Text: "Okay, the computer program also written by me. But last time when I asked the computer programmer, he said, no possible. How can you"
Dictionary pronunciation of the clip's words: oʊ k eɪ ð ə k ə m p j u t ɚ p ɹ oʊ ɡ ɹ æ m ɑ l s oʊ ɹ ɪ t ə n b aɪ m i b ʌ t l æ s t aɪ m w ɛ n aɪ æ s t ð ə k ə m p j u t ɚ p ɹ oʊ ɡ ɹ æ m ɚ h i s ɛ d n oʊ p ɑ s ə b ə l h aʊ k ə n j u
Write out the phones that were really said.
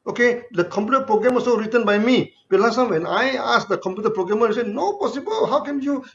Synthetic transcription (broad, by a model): oʊ k eɪ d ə k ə m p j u t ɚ p ɹ oʊ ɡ ɹ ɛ m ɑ s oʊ ɹ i t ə n b aɪ m i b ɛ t l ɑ s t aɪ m w ɛ n aɪ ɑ s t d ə k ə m p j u t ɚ p ɹ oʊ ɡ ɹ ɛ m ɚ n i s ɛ n oʊ p ɑ s ə b ə l h aʊ k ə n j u